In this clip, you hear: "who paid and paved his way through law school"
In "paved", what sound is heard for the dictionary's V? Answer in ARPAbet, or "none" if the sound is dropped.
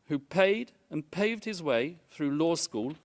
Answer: V